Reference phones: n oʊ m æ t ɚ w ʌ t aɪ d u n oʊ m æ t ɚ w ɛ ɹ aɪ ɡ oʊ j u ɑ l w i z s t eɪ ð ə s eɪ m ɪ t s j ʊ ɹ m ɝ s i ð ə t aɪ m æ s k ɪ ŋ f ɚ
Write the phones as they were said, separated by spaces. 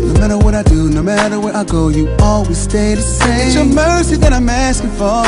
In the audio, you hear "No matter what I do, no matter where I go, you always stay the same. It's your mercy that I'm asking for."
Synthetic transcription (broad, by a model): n oʊ m æ t ɚ w ʌ t aɪ d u n oʊ m æ t ɚ w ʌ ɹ aɪ ɡ oʊ j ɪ ɑ l w i z s t eɪ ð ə s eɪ ɪ t s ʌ m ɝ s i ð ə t aɪ m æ s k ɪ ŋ f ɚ